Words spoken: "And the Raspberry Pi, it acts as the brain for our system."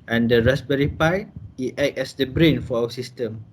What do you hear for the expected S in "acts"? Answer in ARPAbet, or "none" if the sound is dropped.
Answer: none